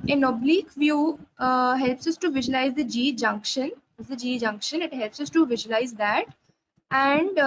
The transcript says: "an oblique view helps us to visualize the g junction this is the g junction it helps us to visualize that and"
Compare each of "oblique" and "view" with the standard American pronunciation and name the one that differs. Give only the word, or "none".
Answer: none